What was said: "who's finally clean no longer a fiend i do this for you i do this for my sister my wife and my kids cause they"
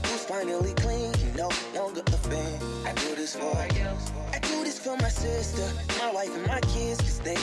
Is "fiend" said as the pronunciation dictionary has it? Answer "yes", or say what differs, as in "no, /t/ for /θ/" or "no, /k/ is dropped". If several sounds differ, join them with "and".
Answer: no, /d/ is dropped